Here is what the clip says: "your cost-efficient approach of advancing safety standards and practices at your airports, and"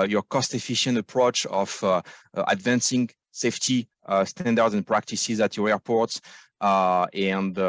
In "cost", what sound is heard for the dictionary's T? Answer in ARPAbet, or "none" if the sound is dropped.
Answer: T